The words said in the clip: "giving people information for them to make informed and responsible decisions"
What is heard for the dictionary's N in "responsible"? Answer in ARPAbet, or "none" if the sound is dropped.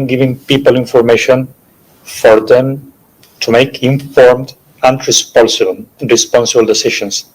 N